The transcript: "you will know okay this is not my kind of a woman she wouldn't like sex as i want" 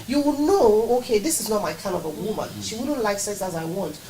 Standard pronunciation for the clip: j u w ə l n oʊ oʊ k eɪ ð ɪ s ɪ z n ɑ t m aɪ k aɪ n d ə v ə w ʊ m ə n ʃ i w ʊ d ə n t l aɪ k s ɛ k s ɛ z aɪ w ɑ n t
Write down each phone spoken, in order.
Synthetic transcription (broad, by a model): j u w n oʊ oʊ k eɪ ð ɪ s ɪ z n ɑ t m aɪ k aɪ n ə v ə w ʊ m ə n ʃ i w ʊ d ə n t l aɪ k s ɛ s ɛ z aɪ w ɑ n t